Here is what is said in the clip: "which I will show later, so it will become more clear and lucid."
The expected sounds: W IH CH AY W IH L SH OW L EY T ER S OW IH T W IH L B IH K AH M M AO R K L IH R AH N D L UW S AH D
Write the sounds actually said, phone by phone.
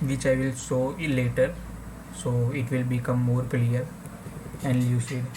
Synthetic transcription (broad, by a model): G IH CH AY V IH L S OW L EY T ER S OW IH T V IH L B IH K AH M M AO R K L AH R AH N D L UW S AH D